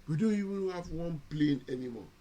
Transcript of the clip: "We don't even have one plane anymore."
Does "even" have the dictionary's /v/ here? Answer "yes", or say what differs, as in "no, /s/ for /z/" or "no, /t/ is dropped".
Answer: no, /w/ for /v/